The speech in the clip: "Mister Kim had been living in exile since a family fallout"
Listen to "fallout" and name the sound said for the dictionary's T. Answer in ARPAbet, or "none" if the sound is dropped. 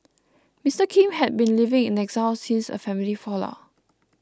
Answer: none